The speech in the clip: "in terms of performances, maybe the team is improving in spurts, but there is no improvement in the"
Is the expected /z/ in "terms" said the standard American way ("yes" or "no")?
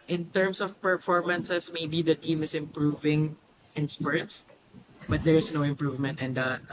no